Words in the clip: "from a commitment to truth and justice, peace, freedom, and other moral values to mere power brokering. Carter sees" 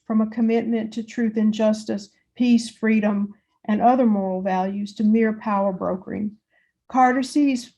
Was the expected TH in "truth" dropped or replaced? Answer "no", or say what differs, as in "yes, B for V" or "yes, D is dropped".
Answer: no